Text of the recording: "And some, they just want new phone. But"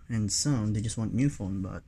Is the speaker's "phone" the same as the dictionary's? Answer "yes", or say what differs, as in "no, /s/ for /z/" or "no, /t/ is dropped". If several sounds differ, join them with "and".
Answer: no, /l/ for /n/